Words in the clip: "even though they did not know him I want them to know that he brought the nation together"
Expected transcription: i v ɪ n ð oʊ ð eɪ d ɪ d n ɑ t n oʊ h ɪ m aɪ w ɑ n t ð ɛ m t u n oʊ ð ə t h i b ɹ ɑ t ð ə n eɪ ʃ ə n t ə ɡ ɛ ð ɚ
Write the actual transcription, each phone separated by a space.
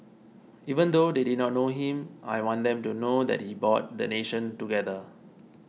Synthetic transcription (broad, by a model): i v ɪ n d oʊ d eɪ d ɪ d n ɑ t n oʊ h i m aɪ w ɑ n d ɛ m t u n oʊ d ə t h i b ɑ t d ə n eɪ ʃ ə n t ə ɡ ɛ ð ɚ